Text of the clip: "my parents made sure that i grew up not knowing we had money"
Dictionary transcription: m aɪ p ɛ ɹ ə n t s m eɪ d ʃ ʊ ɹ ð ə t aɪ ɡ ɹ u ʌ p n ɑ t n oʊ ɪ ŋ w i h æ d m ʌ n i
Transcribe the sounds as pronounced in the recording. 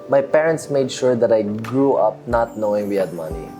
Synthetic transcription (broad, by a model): m aɪ p ɛ ɹ ə n t s m eɪ d ʃ ʊ ɹ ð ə t aɪ ɡ ɹ u ʌ p n ɑ t n oʊ ɪ ŋ w i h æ d m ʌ n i